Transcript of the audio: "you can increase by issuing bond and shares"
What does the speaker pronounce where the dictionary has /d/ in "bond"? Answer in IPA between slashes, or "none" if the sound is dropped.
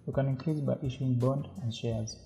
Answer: /d/